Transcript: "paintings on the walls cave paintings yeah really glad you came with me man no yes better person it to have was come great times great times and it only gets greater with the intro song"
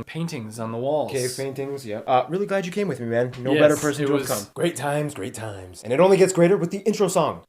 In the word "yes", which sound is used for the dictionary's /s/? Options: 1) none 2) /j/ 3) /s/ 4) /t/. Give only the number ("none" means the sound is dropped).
1